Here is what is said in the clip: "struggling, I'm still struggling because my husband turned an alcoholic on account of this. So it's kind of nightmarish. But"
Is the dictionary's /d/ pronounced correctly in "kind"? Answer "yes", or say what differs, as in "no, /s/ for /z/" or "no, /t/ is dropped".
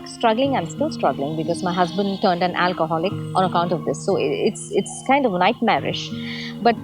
yes